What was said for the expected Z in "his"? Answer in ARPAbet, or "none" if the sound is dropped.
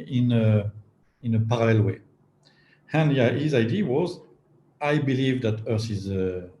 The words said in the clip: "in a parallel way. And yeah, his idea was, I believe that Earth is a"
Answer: Z